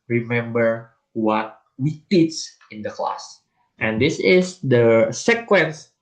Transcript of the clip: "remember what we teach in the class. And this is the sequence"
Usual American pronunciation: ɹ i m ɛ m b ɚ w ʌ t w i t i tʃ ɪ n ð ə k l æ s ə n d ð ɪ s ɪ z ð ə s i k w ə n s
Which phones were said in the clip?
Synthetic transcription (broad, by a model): ɹ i m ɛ m b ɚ w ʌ t w i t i s ɪ n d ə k l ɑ s ə n d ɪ s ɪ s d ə s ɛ k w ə n s